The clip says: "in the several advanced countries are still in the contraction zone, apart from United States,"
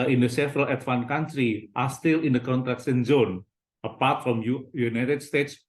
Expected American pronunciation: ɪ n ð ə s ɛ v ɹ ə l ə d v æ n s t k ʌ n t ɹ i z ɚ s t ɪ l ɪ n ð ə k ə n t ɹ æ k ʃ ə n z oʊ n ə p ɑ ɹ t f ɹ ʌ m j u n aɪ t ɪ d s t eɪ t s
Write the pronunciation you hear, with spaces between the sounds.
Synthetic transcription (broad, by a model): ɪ n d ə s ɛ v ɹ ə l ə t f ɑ n k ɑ n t ɹ i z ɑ s t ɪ l ɪ n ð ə k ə n t ɹ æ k s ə n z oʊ n ə p ɑ ɹ t f ɹ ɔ m j u n aɪ t ɪ d s t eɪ t s